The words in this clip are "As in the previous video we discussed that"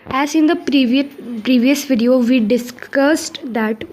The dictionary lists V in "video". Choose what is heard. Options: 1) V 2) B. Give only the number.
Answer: 1